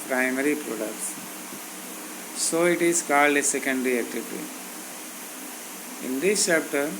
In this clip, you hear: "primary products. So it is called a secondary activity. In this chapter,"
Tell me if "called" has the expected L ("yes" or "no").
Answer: yes